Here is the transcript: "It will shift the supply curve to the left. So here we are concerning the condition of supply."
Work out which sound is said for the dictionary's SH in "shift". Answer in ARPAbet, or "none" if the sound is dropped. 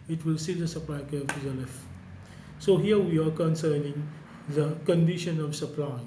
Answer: S